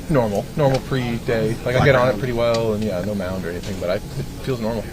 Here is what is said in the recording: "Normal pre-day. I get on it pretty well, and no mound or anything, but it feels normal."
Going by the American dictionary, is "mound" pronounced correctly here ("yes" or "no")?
yes